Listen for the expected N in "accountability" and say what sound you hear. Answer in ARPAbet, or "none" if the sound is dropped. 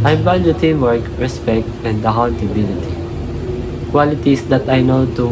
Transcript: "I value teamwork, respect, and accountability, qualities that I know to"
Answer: L